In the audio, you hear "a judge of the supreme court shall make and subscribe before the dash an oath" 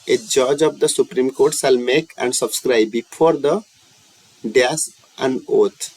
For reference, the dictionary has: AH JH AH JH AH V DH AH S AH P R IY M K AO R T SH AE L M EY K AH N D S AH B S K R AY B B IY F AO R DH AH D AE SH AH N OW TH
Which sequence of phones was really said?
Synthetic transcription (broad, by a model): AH JH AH JH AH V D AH S AH P R IY M K AO R T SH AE L M EY K AH N D S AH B S K R AY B B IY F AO R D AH D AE S AH N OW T